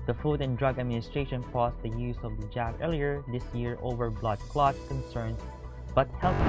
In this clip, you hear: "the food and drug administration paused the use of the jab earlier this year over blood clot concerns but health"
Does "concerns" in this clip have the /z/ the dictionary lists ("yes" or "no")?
no